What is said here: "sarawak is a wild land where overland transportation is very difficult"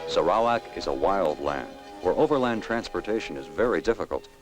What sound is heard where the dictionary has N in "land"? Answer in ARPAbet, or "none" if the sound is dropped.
N